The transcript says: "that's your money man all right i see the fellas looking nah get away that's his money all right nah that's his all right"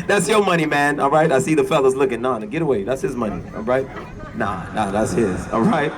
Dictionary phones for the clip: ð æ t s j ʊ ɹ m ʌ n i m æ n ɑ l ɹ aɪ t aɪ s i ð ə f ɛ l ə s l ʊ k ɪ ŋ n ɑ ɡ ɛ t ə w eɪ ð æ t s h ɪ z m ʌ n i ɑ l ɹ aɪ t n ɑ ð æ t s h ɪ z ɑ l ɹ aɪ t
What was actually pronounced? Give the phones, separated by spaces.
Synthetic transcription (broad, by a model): ð æ t s j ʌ ɹ m ʌ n i m æ n ɑ l ɹ aɪ t aɪ s i ð ə f ɛ l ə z l ʊ k ɪ ŋ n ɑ ɡ ɛ t ə w eɪ ð æ t s h ɪ z m ʌ n i ɑ l ɹ aɪ t n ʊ ð æ t s h ɪ z ɑ l ɹ aɪ t